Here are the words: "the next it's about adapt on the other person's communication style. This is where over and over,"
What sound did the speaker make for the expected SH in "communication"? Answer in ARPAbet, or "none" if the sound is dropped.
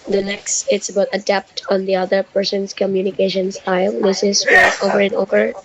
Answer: SH